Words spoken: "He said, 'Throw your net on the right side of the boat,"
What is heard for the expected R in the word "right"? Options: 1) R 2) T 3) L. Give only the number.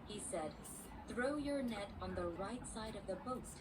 1